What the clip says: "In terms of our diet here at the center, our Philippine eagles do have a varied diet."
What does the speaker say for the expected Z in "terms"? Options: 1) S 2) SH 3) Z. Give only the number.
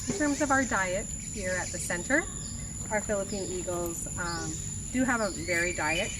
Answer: 3